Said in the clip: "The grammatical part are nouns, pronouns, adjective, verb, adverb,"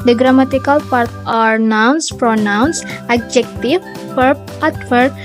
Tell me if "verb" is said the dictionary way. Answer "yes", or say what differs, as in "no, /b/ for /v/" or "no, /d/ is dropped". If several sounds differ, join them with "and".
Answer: no, /p/ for /v/